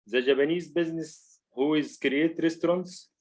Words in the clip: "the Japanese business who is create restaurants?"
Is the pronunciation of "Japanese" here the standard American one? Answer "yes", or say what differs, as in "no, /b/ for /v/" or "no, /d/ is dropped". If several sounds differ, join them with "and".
no, /b/ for /p/